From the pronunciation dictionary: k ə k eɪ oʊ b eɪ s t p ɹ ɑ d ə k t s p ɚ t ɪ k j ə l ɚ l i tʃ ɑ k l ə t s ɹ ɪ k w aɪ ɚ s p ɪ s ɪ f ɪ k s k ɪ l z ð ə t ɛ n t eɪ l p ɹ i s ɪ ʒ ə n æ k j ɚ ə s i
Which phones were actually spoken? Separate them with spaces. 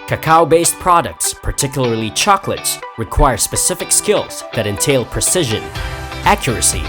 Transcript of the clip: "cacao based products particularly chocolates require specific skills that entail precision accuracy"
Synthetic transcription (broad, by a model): k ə k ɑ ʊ b eɪ s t p ɹ ɑ d ə k t s p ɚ t ɪ k j l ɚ l i tʃ ɑ k l ə t s ɹ ɪ k w aɪ ɚ s p ɪ s ɪ f ɪ k s k ɪ l z ð ə t ɛ n t eɪ l p ɹ i s ɪ ʒ ə n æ k j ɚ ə s i